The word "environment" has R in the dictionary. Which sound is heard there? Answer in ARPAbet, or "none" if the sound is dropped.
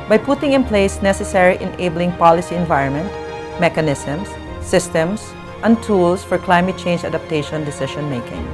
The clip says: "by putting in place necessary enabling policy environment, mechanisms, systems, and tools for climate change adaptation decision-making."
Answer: R